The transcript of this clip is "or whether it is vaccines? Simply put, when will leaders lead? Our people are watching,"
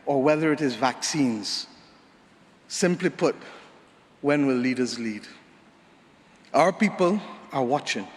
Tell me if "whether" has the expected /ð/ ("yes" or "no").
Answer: yes